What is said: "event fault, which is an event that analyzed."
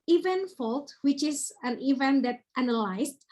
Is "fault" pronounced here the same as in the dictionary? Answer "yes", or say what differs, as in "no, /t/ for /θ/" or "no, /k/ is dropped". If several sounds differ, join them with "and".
yes